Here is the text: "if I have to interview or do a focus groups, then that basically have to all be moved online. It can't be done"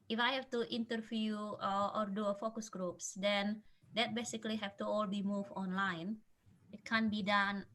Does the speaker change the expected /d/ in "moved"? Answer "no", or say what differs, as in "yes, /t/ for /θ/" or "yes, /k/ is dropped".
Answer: yes, /d/ is dropped